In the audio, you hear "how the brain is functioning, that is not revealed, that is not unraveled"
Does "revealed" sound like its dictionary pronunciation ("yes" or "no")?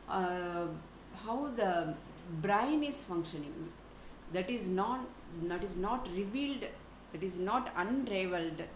yes